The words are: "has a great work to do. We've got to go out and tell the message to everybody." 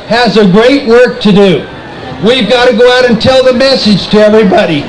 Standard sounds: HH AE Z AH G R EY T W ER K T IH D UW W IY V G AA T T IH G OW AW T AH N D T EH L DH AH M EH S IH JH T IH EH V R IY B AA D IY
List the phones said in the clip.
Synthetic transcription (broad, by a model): HH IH Z AH G R EY T W ER K T IH D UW W IY V G AA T T IH G OW AW T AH N T EH L DH AH M EH S IH JH T IH EH V R IY B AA D IY